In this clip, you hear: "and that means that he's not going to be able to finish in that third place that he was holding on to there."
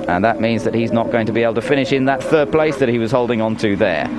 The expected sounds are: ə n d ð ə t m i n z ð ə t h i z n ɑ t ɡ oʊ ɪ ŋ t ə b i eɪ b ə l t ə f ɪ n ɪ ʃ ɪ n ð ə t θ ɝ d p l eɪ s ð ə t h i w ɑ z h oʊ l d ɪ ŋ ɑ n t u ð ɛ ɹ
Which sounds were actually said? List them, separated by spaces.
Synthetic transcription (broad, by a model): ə n ð ə t m i n z ð ə t h i z n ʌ t ɡ oʊ ɪ ŋ t ə b i eɪ b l t ə f ɪ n ɪ ʃ ɪ n ð ə t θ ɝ d p l eɪ s ð ə t h i w ɑ z h oʊ l d ɪ ŋ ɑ n t u ð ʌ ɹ